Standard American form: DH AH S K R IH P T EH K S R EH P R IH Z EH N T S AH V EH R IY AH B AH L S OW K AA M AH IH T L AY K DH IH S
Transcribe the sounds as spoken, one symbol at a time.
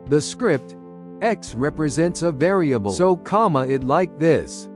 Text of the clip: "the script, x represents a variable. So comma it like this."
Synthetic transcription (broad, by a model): DH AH S K R IH P T EH K S R EH P R IH Z EH N T S AH V EH R IY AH B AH L S OW K AA M AH IH T L AY K DH IH S